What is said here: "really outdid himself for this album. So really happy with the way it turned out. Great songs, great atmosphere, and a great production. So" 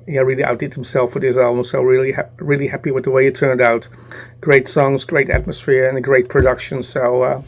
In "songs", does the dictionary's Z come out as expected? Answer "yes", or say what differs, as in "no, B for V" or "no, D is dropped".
yes